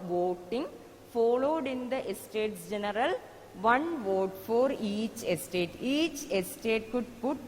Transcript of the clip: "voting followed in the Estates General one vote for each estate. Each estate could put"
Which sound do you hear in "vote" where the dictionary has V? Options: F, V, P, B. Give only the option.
V